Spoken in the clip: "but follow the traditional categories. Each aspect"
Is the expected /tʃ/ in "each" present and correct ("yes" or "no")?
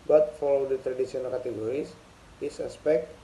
no